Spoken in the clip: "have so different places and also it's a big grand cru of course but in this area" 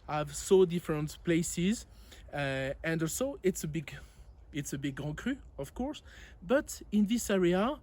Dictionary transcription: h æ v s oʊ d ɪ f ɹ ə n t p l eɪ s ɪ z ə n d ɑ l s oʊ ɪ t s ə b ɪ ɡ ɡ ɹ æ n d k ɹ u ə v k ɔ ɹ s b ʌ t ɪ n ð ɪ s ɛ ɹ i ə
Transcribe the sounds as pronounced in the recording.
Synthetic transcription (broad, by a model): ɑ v s oʊ d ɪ f ɹ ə n t p l eɪ s ɪ z ə n d ɑ l s oʊ ɪ t s ə b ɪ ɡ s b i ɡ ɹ k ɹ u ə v k ɔ ɹ s b ʌ t ɪ n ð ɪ s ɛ ɹ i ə